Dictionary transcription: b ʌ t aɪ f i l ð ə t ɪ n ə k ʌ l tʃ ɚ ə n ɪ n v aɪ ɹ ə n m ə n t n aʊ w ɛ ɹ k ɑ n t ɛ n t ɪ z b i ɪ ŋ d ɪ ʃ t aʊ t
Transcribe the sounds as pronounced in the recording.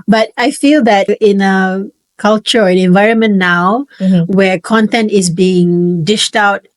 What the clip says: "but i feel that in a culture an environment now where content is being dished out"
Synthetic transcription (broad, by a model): b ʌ t aɪ f i l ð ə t ɪ n ə k ʌ l tʃ ɚ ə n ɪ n v aɪ ɹ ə n m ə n n aʊ w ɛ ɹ k ɑ n t ɛ n t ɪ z b i ɪ ŋ d ɪ ʃ t aʊ t